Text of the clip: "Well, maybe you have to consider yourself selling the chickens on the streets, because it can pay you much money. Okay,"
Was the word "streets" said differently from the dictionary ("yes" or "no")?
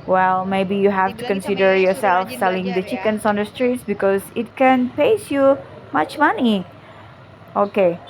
no